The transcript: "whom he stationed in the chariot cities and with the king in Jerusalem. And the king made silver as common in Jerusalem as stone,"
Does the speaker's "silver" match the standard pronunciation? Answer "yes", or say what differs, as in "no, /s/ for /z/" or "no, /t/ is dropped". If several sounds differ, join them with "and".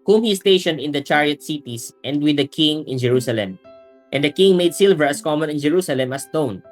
yes